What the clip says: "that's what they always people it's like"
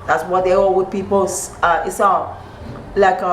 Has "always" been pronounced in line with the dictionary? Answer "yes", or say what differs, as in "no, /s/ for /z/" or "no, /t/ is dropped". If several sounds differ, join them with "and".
no, /l/ is dropped